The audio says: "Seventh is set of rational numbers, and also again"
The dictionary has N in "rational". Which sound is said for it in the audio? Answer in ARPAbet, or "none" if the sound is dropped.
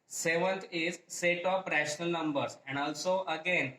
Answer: N